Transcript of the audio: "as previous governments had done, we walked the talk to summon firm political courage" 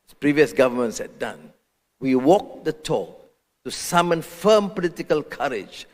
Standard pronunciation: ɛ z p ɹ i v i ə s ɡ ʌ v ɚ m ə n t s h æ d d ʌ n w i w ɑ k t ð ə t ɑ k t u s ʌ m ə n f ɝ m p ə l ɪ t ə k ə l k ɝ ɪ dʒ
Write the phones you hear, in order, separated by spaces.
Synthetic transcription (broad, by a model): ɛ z p ɹ i v i ə s ɡ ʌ v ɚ m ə n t s h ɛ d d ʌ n w i w ɑ k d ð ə t ɑ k t u s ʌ m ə n f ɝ m p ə l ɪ t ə k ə l k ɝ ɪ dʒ